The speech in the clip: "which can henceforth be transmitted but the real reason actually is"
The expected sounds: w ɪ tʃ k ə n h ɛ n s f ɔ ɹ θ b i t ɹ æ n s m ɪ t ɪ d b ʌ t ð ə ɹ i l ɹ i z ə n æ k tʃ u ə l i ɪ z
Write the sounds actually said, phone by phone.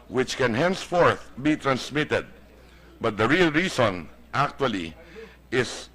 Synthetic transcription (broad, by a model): w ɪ tʃ k ə n h ɛ n s f ɔ ɹ θ b i t ɹ æ n s m ɪ t ɪ d b ʌ t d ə ɹ i l ɹ i s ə n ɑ k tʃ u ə l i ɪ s